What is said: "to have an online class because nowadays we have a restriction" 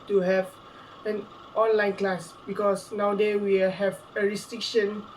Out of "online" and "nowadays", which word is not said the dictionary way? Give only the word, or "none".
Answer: nowadays